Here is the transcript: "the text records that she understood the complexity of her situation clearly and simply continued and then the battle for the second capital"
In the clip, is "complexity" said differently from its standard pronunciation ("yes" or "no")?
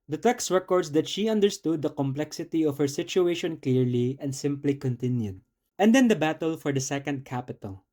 no